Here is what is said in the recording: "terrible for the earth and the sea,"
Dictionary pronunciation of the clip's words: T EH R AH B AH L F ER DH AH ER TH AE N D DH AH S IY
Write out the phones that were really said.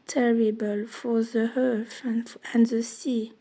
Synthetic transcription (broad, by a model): T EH R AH B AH L F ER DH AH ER F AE N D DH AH S IY